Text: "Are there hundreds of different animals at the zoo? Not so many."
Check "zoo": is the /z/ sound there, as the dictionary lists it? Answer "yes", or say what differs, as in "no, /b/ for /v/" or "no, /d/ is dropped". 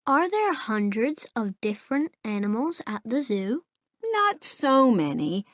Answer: yes